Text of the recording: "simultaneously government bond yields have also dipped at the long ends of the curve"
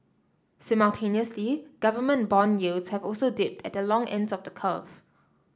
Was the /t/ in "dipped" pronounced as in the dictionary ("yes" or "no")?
yes